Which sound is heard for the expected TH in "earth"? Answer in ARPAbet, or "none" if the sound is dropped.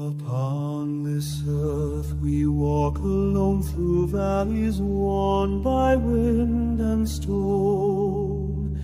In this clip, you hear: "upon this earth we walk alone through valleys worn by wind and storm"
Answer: TH